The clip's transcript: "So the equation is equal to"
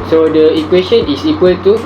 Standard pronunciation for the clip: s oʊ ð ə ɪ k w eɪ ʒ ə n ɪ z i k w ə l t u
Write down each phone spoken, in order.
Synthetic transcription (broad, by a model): s oʊ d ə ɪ k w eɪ s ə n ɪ s i k w ə l t u